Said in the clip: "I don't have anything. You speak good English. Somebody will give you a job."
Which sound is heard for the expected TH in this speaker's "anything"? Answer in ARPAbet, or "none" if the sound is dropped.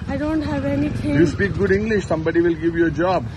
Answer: T